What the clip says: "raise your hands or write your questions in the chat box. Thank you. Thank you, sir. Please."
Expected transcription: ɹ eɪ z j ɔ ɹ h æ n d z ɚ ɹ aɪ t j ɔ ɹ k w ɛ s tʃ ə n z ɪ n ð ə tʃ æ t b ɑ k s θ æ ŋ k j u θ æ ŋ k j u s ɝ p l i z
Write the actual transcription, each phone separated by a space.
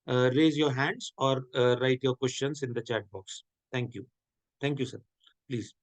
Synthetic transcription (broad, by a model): ɹ eɪ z j ɔ ɹ h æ n d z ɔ ɹ aɪ t j ɔ ɹ k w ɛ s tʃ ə n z ɪ n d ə tʃ æ t b ɑ k s t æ ŋ k j u t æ ŋ k j u s ɝ p l i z